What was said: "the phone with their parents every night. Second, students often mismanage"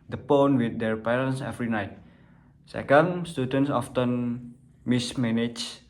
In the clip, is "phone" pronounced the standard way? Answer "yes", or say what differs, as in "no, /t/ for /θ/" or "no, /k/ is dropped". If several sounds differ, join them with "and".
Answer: no, /p/ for /f/